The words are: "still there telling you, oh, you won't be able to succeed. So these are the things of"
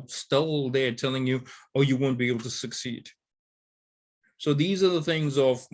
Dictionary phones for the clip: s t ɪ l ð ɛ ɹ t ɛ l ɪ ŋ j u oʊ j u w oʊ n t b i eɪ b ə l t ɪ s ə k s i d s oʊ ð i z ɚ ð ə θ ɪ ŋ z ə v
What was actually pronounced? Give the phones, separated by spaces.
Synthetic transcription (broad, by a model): s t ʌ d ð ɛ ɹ t ɛ l ɪ ŋ j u oʊ j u w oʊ n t b i eɪ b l t ɪ s ə k s i d s oʊ ð i z ɚ ð ə θ ɪ ŋ z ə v